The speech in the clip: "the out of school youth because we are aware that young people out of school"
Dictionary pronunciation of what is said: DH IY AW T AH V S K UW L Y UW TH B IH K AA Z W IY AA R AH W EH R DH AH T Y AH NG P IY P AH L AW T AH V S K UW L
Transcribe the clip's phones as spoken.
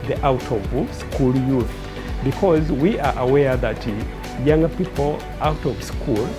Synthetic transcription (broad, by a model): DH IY AW T AH V S K UW L Y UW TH B IH K AA Z W IY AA R AH W EH R DH AH T Y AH NG P IY P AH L AW T AH V S K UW L